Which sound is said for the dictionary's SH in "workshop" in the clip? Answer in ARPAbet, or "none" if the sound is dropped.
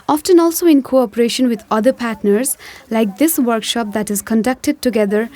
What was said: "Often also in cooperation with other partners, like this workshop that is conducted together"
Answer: SH